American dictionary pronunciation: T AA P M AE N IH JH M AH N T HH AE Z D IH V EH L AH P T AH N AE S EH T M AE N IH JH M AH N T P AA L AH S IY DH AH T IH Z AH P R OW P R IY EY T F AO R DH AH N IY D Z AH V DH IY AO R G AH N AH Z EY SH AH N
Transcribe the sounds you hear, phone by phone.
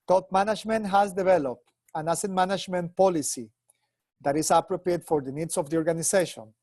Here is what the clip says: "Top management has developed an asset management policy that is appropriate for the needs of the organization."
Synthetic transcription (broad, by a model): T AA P M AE N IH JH M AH N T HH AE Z D IH V EH L AH P T AH N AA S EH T M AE N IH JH M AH N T P AA L AH S IY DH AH T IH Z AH P R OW P R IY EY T F AO R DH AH N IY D S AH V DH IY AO R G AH N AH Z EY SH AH N